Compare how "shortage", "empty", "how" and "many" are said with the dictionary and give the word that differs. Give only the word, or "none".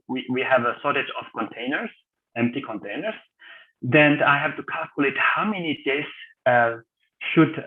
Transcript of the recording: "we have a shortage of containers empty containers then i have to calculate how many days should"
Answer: shortage